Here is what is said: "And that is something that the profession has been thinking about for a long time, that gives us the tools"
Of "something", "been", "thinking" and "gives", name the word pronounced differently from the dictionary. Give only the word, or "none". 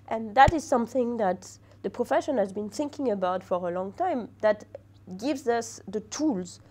none